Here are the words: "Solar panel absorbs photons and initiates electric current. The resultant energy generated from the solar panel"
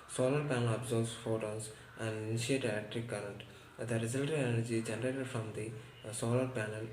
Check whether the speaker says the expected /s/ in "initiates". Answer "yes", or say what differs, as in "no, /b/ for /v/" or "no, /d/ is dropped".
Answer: no, /s/ is dropped